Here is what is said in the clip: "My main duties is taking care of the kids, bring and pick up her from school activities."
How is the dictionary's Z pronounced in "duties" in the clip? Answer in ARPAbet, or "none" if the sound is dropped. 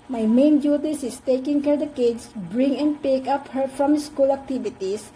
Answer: S